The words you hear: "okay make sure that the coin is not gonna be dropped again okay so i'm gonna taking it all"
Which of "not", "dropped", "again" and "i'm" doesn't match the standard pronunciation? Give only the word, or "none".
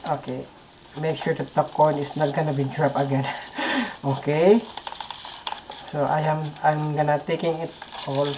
dropped